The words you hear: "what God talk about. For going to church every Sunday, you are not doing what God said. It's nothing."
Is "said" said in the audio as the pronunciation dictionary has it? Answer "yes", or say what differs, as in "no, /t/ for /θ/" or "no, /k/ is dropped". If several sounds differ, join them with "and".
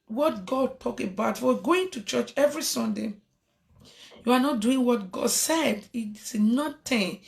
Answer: yes